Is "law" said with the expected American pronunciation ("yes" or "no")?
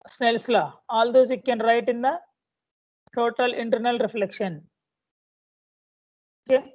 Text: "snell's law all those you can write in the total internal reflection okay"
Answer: yes